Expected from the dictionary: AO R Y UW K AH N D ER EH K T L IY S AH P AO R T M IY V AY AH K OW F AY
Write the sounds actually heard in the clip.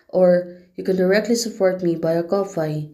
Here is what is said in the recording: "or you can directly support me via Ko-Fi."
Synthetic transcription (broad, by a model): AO R Y UW K AH N D ER EH K T L IY S AH P AO R T M IY B AY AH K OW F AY